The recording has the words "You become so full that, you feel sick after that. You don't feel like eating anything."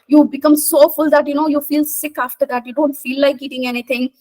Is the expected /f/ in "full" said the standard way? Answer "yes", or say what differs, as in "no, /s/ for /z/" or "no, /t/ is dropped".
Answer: yes